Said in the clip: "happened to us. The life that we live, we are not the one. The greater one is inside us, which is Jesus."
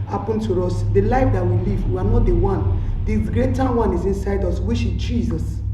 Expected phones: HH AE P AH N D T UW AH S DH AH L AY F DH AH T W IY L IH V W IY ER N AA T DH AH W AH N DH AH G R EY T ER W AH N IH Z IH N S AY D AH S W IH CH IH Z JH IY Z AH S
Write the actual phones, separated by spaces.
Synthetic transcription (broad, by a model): HH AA P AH N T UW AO S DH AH L AY F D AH T W IY L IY V W IY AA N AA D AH W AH N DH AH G R EY T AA W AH N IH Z IH N S AY D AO S W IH SH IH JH IY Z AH S